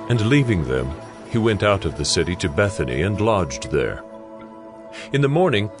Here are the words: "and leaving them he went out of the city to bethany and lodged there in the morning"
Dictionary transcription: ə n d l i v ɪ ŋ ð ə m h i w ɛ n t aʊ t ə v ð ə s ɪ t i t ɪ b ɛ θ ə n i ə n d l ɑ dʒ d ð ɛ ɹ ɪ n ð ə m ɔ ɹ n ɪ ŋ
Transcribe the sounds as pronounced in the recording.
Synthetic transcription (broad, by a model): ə n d l i v ɪ ŋ ð ə m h i w ɛ n t aʊ t ə v ð ə s ɪ t i t ɪ b ɛ θ ə n i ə n l ɑ dʒ ð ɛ ɹ ɪ n ð ə m ɔ ɹ n ɪ ŋ